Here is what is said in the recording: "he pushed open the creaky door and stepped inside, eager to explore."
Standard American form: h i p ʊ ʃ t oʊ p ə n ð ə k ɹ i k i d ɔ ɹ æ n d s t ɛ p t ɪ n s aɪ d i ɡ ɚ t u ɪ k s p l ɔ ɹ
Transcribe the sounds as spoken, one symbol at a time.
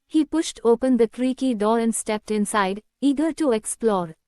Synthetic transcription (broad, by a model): h i p ʊ ʃ t oʊ p ə n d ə k ɹ i k i d ɔ ɹ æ n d s t ɛ p t ɪ n s aɪ d i ɡ ɚ t u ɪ k s p l ɔ ɹ